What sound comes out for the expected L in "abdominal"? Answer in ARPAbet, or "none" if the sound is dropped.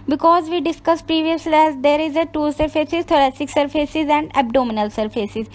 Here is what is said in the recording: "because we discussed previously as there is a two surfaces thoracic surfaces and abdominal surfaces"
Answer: L